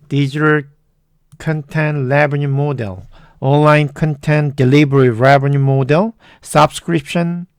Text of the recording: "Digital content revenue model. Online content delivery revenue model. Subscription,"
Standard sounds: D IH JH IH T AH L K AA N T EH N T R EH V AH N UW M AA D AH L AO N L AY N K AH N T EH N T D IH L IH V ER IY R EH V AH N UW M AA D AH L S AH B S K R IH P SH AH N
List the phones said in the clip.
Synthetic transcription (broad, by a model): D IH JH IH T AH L K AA N T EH N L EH B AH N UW M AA D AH L AO N L AY N K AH N T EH N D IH L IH B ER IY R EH B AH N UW M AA D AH L S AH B S K R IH P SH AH N